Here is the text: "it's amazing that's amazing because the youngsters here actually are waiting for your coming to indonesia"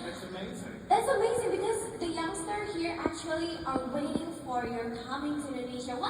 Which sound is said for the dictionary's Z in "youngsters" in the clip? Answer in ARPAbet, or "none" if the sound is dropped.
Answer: none